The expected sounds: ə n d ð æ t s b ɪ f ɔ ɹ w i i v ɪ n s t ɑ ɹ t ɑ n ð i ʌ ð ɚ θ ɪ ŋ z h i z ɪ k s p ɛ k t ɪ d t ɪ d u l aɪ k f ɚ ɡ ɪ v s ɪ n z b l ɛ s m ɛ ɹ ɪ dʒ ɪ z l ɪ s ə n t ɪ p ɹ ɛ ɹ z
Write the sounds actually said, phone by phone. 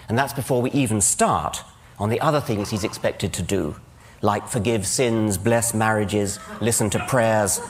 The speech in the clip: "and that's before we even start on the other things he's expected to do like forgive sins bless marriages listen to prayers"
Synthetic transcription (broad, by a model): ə n ð æ t s b ɪ f ɔ ɹ w i i v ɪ n s t ɑ ɹ t n ð i ʌ ð ɚ θ ɪ ŋ z h i z ɪ k s p ɛ k t ɪ d t ɪ d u l aɪ k f ɚ ɡ ɪ v s ɪ n z b l ɛ s m ɛ ɹ ɪ dʒ ɪ z l ɪ s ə n t ɪ p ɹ ɛ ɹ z